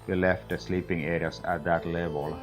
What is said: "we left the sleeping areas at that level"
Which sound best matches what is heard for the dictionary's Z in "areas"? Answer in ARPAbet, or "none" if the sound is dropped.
S